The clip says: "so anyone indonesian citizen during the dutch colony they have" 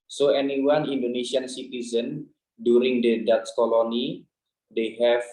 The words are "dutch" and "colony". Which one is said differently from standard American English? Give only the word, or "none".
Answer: dutch